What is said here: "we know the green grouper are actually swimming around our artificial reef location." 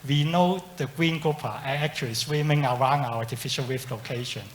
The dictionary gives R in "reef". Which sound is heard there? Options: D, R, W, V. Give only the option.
W